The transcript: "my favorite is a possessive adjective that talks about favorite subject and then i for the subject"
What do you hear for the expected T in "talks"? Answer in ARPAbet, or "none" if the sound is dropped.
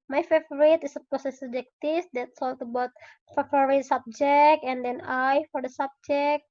S